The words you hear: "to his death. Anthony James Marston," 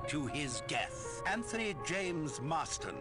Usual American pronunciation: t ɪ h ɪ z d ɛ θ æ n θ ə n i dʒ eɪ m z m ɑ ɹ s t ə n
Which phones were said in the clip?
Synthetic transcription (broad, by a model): t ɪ ɪ z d ɛ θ æ n θ ə n i dʒ eɪ m z m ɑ s t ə n